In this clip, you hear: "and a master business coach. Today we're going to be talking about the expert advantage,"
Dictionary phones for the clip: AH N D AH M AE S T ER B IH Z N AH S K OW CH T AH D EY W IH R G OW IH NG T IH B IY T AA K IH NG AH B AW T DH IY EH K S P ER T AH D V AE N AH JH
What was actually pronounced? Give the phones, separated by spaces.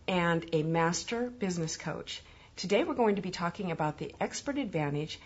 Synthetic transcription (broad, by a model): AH N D AH M AE S T ER B IH Z N AH S K OW CH T AH D EY W IH R G OW IH NG T IH B IY T AA K IH NG AH B AW T DH IY EH K S P ER T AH D V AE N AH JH